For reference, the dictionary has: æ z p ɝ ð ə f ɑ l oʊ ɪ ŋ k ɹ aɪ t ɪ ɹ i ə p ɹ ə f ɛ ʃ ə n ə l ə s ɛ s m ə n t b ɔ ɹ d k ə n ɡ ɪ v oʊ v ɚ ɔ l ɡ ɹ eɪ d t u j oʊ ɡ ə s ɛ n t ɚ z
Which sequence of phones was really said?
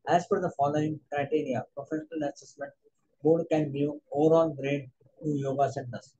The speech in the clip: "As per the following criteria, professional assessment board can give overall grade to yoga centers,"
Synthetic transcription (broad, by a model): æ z f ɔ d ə f ɑ l oʊ ɪ ŋ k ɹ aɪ t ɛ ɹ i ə p ɹ ə f ɛ ʃ ə n ə l ə s ɛ s m ə n t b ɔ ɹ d k ə n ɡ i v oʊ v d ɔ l ɡ ɹ eɪ d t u j oʊ ɡ ə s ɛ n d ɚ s